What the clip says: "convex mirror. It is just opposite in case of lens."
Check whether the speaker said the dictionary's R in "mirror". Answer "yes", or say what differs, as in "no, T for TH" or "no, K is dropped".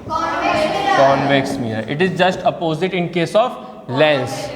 no, R is dropped